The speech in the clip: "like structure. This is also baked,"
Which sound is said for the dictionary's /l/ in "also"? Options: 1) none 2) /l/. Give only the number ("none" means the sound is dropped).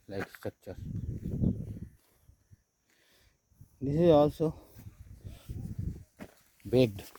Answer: 2